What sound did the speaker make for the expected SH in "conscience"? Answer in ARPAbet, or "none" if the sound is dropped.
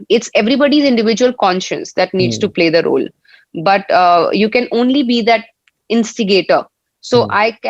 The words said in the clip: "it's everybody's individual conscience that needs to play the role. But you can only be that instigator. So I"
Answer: SH